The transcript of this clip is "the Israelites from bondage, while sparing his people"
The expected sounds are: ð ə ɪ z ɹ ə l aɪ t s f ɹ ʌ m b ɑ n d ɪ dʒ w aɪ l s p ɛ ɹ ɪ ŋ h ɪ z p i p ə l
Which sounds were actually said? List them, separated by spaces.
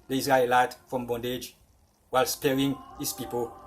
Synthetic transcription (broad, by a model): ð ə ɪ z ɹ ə l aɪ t f ɹ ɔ m b ɑ n d ɪ dʒ w aɪ l s p ɛ ɹ ɪ ŋ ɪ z p i p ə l